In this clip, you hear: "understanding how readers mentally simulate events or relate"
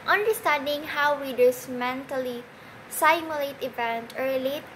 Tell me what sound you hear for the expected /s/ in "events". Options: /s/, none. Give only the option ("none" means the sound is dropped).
none